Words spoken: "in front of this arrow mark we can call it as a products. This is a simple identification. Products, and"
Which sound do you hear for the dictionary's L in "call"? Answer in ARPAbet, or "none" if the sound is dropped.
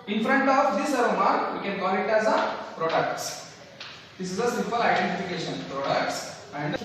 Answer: N